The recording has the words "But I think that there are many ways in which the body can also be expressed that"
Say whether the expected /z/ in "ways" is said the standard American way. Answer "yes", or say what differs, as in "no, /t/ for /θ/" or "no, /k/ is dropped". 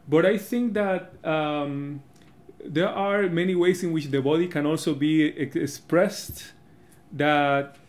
no, /s/ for /z/